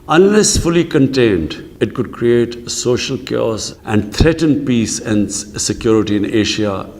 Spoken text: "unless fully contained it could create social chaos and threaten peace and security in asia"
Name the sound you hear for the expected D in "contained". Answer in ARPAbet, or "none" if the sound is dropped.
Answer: D